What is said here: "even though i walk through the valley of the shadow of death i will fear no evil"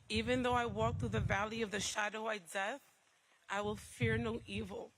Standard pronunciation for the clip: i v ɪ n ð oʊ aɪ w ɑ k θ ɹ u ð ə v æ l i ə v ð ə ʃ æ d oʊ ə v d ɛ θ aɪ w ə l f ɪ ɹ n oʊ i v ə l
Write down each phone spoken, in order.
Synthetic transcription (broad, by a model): i v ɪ n ð oʊ aɪ w ɑ k θ ɹ u ð ə v æ l i ə v ð ə ʃ æ d oʊ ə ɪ d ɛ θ aɪ w ə l f ɪ ɹ n oʊ i v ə l